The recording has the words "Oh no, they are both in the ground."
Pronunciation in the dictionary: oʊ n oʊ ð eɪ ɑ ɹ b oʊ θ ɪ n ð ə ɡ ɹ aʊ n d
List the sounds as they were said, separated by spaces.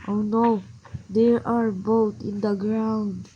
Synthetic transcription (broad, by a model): oʊ n oʊ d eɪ ɑ ɹ b oʊ t ɪ n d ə ɡ ɹ aʊ n d